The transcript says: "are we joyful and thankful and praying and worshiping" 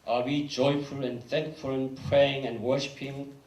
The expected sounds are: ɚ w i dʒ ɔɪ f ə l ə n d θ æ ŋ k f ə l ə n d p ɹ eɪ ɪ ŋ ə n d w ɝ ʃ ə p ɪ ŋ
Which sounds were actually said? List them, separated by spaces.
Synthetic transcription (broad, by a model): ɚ w i dʒ ɔɪ f ə l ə n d θ æ ŋ k f ə l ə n p ɹ eɪ ɪ ŋ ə n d w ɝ ʃ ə p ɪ ŋ